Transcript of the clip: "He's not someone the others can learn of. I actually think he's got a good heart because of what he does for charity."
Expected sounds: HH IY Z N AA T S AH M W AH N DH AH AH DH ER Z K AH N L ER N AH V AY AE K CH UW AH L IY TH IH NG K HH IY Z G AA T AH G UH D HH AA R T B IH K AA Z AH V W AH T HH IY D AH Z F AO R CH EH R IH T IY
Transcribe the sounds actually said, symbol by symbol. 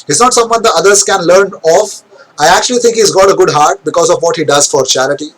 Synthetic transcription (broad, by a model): HH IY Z N AA T S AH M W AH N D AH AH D ER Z K AH N L ER N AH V AY AE K CH UW AH L IY T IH NG K HH IY Z G AA T AH G UH D HH AA R T B IH K AA Z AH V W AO T HH IY D AH Z F AO R CH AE R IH T IY